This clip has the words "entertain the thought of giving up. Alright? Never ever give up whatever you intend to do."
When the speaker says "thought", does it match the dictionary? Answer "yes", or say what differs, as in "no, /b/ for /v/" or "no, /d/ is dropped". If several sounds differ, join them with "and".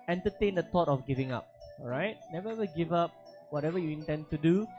no, /t/ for /θ/